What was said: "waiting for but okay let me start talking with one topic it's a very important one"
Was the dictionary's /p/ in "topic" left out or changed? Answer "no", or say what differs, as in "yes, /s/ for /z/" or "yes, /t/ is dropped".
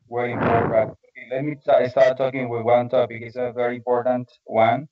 yes, /b/ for /p/